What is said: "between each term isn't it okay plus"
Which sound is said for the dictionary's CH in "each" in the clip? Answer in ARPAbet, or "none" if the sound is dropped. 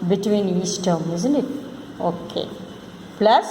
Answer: S